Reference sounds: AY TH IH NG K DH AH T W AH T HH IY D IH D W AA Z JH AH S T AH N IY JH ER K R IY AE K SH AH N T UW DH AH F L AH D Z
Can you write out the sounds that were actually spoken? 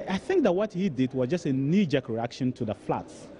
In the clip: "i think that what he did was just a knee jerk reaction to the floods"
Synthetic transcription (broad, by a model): AY TH IH NG K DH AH T W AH T HH IY D IH D W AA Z JH AH S T AH N IY JH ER K R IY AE K SH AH N T UW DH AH F L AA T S